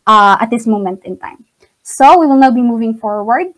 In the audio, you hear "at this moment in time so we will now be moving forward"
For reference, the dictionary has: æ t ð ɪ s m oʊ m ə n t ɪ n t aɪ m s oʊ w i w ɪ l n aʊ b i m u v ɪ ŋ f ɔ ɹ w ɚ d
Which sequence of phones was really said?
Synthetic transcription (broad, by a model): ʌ t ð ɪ s m oʊ m ə n t ɪ n t aɪ m s oʊ w i w ɪ l n aʊ b i m u v ɪ ŋ f ɔ ɹ w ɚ d